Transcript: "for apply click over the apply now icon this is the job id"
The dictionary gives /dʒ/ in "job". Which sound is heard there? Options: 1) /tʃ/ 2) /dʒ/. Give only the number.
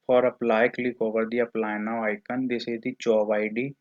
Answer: 1